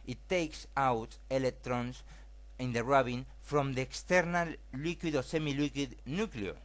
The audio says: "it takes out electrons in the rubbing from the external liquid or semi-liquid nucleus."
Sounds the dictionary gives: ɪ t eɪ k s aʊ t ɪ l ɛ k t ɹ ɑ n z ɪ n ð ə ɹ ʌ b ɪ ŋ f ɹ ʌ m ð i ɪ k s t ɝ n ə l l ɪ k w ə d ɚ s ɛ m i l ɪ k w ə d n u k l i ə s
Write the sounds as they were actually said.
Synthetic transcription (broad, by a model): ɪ t eɪ k s aʊ t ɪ l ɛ k t ɹ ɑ n s ɪ n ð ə ɹ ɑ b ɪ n f ɹ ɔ m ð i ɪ k s t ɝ n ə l l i k w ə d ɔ s ɛ m i l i k w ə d n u k l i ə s